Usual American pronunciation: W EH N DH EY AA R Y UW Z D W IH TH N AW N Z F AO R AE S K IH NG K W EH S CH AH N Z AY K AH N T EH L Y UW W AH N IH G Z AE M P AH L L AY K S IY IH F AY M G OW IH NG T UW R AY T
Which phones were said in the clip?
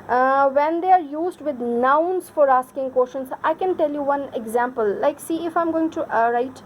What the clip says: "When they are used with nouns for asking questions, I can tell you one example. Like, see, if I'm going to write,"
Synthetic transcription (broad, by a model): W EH N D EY AA R Y UW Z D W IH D N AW N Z F AO R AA S K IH NG K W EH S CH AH N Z AY K AH N T EH L Y UW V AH N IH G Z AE M P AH L L AY K S IY IH F AY M G OW IH NG T UW R AY T